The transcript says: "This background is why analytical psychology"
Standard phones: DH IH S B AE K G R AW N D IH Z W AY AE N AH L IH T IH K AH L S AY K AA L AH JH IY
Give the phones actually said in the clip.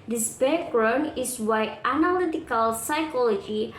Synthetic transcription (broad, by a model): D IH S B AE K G R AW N IH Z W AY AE N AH L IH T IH K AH L S AY K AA L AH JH IY